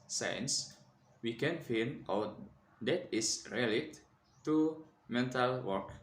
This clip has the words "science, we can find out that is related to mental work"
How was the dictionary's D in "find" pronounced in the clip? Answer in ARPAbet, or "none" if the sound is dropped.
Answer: none